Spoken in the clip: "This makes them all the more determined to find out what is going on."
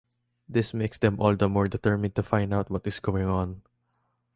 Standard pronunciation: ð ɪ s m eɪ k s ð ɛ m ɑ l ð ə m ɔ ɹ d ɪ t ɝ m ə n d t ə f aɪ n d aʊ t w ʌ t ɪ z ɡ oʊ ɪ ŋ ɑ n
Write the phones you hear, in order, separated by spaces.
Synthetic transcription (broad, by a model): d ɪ s m eɪ k s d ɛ m ɑ l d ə m ɔ ɹ d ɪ t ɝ m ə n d t ə f aɪ n d aʊ t w ʌ t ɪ s ɡ oʊ ɪ ŋ ɑ n